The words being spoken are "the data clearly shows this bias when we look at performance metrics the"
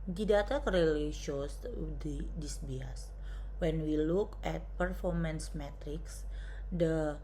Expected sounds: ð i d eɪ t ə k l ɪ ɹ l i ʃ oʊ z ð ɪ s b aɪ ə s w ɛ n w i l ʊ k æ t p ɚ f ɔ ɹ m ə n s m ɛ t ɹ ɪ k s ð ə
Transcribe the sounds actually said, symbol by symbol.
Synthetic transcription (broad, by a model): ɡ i d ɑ t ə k ʌ ɹ l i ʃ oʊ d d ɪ s b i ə s w ɛ n w i l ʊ k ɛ t p ɚ f ɔ ɹ m ə n s m ɛ t ɹ ɪ k s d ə